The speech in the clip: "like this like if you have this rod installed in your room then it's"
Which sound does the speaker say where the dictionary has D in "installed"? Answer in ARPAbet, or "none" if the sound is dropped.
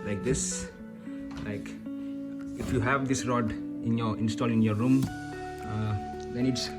none